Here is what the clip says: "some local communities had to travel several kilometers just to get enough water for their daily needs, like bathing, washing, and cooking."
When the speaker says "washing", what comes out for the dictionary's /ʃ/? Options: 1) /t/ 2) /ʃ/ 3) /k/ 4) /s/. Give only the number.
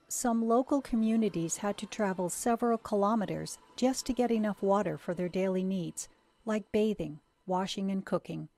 2